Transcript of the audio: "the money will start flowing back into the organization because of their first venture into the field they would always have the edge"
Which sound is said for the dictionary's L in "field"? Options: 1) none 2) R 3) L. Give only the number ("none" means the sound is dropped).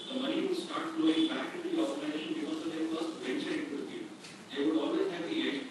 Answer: 1